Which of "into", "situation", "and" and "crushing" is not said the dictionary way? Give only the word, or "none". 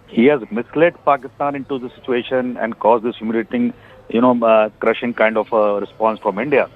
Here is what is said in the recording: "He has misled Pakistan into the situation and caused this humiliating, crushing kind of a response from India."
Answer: none